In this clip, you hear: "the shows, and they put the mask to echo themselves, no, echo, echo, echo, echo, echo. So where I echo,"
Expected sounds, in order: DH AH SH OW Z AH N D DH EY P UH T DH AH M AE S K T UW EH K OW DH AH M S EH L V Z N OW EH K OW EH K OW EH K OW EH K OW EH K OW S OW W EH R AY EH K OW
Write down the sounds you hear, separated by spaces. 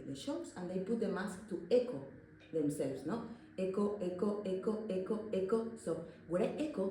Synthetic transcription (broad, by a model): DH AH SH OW S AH N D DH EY P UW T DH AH M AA S K T UW EH K OW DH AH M S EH L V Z N OW EH K OW EH K OW EH K OW EH K OW EH K OW S OW W EH R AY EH K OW